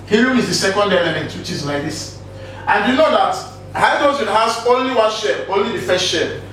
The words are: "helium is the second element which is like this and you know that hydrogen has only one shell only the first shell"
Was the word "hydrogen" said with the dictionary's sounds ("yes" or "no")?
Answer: no